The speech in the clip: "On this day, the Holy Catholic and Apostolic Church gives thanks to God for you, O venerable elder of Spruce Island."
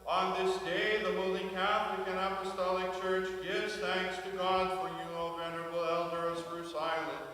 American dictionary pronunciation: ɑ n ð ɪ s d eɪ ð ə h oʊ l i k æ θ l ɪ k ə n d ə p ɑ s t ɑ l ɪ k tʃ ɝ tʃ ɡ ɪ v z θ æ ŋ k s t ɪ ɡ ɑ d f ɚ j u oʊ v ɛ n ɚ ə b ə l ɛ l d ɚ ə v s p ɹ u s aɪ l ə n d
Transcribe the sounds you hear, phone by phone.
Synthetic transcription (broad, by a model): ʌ n ð ɪ s d eɪ ð ə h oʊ l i k æ θ l ɪ k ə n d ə p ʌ s t ɑ l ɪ k tʃ ɝ tʃ ɡ ɪ v z θ æ ŋ k s t ɪ ɡ ɑ d f ɚ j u oʊ v ɛ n ɚ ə b l ɛ l d ɚ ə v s ɹ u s aɪ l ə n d